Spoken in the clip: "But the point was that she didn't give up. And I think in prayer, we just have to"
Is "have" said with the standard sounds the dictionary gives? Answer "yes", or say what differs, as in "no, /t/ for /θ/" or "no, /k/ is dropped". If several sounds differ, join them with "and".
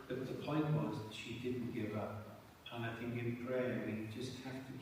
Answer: no, /f/ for /v/